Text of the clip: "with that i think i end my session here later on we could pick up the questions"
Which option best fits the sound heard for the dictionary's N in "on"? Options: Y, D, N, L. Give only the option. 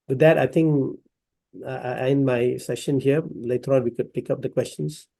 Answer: L